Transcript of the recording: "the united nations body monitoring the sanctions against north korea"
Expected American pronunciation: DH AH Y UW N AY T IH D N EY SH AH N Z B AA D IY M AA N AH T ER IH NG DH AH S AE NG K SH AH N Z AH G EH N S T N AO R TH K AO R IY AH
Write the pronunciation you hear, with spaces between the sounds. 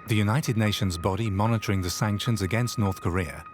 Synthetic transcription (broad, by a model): DH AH Y UW N AY T IH D N EY SH AH N Z B AA D IY M AA N AH T ER IH NG DH AH S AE NG K SH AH N Z AH G EH N S T N AO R TH K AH R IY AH